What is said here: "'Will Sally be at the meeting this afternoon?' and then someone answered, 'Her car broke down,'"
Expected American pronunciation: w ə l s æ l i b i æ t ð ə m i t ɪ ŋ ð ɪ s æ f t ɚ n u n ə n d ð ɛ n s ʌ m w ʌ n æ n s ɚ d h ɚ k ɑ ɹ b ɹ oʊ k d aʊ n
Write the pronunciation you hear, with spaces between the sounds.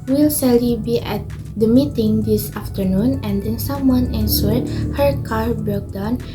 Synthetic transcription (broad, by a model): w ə l s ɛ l i b i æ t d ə m i t ɪ ŋ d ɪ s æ f t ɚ n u n ə n d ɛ n s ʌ m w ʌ n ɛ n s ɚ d h ɚ k ɑ ɹ b oʊ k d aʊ n